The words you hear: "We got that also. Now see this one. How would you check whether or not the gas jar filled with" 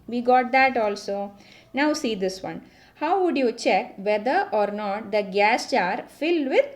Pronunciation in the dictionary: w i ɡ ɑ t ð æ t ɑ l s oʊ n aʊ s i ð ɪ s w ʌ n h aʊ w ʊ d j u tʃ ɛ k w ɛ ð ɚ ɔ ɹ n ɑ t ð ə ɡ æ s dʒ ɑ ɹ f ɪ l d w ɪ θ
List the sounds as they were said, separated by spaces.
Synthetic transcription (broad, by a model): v i ɡ ɑ t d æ t ɑ l s oʊ n aʊ s i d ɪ s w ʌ n h aʊ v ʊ d j u tʃ ɛ k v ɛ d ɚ ɔ ɹ n ɑ t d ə ɡ æ s tʃ ɑ ɹ f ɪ l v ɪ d